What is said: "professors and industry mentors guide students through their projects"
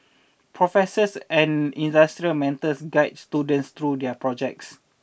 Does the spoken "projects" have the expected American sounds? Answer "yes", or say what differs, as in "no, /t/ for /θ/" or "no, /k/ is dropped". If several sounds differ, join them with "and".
yes